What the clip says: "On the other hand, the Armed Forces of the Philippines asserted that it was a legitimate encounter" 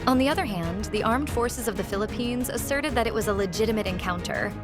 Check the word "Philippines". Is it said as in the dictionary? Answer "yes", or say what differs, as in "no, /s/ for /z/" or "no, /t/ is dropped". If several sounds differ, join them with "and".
yes